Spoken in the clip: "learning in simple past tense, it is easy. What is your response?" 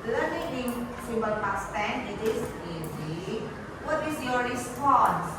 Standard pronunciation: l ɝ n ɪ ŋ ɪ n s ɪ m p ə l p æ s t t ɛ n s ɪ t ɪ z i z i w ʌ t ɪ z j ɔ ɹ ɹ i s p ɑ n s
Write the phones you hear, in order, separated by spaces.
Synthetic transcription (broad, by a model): l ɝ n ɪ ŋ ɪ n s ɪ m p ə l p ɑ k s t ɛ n ɪ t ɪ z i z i w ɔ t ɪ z j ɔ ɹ ɹ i s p ɑ n s